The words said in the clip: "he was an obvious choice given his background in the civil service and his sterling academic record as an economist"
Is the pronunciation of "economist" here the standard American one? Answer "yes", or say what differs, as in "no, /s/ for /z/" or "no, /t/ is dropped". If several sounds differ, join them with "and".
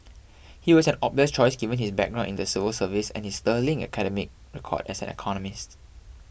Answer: yes